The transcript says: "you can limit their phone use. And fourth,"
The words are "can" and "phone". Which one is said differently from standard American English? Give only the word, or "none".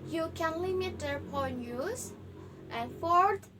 phone